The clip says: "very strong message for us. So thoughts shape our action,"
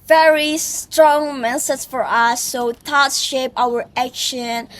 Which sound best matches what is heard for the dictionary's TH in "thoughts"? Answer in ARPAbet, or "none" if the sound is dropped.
T